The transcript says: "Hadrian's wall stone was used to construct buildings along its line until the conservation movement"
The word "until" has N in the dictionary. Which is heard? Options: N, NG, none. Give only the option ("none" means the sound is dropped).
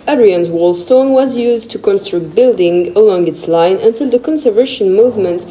N